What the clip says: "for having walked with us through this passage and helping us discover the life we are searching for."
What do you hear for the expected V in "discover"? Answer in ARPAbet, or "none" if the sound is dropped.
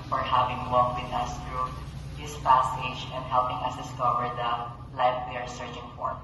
V